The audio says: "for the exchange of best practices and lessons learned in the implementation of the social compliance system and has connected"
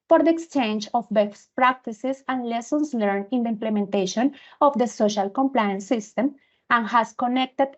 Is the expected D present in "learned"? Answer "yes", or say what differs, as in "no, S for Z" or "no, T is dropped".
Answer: no, D is dropped